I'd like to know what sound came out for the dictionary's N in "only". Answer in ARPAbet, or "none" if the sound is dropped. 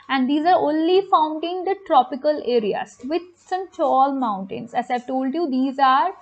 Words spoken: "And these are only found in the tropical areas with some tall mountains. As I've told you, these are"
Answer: N